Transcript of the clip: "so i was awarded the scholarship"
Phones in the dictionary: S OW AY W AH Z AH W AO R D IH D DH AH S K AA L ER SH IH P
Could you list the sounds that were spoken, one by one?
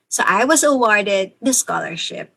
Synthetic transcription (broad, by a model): S OW AY W AH Z AH W AO R D IH D DH AH S K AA L ER SH IH P